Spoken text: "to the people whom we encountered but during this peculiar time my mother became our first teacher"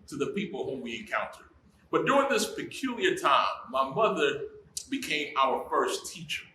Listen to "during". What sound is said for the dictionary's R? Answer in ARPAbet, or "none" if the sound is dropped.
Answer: R